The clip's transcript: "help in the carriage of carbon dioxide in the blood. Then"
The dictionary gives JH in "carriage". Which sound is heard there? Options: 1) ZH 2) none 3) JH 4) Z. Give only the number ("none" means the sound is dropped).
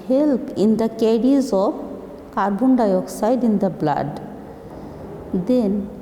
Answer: 4